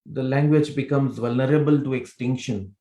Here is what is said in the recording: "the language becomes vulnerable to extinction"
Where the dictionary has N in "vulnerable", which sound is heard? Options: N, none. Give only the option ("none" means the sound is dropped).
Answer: N